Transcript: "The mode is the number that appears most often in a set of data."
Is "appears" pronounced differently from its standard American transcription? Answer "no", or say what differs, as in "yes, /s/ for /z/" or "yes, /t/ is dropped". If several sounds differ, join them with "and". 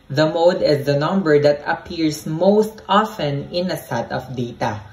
yes, /s/ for /z/